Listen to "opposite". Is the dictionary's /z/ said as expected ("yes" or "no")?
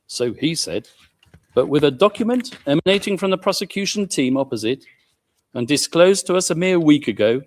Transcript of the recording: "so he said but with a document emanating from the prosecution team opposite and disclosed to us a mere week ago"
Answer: yes